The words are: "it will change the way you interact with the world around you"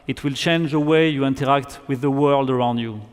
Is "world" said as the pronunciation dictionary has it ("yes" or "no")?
yes